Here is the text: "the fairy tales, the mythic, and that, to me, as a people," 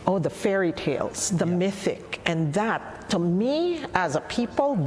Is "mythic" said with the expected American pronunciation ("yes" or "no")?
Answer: yes